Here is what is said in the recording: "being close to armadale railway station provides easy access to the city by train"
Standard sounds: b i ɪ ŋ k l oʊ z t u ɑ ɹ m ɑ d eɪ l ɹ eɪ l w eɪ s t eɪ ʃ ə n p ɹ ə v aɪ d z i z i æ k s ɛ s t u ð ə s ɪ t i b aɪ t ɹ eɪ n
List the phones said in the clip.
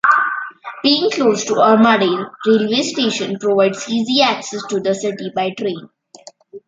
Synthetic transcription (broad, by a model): b i ɪ ŋ k l oʊ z t u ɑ ɹ m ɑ d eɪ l ɹ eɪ l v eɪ s t eɪ ʃ ə n p ɹ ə v aɪ d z i z i æ k s ɛ s t u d ə s ɪ t i b aɪ t ɹ eɪ n